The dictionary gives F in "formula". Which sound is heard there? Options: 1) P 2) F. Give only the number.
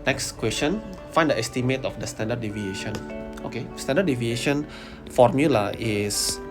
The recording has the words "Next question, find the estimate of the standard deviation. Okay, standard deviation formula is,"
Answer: 2